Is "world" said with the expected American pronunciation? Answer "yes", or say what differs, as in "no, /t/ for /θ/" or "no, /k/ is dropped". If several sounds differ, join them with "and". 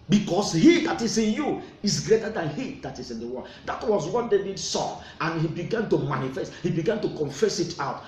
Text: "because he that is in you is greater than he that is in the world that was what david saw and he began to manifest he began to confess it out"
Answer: no, /n/ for /l/